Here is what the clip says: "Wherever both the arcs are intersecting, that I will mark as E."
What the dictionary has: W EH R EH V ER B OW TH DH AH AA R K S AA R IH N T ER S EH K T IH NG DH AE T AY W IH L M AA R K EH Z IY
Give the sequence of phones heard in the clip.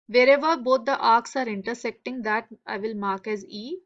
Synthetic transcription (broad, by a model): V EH R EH V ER B OW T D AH AA R K S AA R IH N T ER S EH K T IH NG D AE T AY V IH L M AA R K EH Z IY